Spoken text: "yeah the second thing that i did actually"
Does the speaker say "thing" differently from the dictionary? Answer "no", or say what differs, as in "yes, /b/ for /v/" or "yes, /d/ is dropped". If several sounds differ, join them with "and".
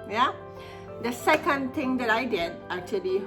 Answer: yes, /t/ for /θ/